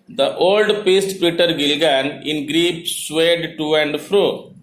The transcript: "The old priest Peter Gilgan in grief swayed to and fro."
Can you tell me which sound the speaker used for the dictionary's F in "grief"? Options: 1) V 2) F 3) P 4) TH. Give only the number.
3